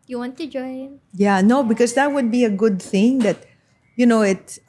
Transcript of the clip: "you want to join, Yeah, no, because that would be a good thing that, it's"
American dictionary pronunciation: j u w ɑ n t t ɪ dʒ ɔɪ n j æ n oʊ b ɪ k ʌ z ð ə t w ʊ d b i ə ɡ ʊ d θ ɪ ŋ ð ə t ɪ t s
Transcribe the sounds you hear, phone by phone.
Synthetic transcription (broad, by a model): j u w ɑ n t t ɪ dʒ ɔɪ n j æ n oʊ b ɪ k ʌ z ð ə t w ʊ d b i ə ɡ ʊ d θ ɪ ŋ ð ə t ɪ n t